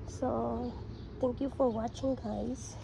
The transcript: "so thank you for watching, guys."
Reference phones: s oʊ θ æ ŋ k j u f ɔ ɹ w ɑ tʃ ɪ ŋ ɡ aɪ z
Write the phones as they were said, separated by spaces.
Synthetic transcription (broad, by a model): s oʊ t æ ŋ k j u f ɔ ɹ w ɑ tʃ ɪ ŋ ɡ aɪ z